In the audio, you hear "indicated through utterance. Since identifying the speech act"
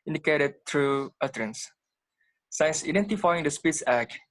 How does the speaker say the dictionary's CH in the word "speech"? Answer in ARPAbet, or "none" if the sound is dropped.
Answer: S